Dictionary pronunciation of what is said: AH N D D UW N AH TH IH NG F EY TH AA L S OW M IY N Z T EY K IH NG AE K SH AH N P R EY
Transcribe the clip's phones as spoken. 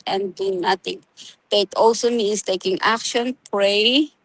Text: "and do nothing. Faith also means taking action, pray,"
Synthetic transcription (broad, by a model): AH N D D UW N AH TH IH NG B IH T AA L S OW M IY N S T EY K IH NG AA K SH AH N P R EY